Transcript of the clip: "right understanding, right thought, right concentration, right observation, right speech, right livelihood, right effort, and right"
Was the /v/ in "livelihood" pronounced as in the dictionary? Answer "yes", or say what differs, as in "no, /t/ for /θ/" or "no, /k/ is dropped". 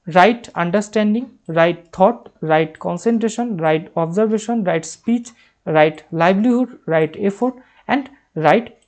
no, /b/ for /v/